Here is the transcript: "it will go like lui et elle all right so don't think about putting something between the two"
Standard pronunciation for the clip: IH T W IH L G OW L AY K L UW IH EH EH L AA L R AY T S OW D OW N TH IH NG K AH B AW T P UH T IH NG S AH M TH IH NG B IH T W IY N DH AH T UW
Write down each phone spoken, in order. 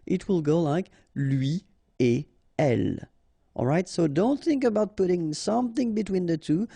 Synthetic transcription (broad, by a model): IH T W IH L G OW L AY K L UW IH EH EH L AA L R AY T S OW D OW N TH IH NG K AH B AW T P UH T IH NG S AH M TH IH NG B IH T W IY N DH AH T UW